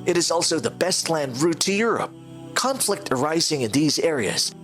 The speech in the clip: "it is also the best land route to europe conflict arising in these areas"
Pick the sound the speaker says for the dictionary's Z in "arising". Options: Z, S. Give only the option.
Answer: Z